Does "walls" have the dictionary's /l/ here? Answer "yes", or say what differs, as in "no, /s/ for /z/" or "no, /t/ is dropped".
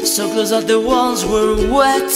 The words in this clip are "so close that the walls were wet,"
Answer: no, /n/ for /l/